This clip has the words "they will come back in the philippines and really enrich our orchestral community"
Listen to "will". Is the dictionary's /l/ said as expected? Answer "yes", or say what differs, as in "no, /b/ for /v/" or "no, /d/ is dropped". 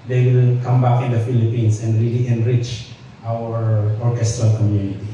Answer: no, /n/ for /l/